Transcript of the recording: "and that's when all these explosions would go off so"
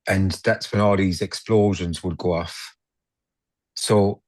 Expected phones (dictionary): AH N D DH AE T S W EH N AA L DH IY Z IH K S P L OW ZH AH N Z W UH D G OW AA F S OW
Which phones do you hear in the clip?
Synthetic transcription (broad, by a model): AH N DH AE T S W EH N AA L DH IY Z IH K S P L OW ZH AH N Z W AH D G OW AA F S OW